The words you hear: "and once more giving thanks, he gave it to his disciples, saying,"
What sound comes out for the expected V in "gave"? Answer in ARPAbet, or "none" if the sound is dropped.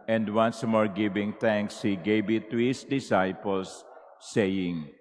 B